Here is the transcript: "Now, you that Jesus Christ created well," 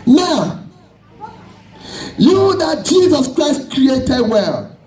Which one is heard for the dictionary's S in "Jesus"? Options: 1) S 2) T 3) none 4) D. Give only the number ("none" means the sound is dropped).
1